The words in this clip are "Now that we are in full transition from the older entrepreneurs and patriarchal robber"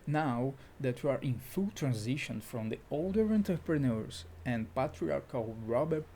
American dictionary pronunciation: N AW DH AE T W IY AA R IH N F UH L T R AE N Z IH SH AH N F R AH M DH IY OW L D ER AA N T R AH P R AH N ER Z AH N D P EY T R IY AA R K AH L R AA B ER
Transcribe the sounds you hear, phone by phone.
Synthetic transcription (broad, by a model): N AW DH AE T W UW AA R IH N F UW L T R AE N Z IH SH AH N F R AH M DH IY OW L D ER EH N T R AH P R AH N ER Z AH N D P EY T R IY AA R K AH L R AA B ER